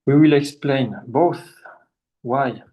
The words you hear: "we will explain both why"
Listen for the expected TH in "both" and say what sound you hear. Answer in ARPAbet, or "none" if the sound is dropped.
TH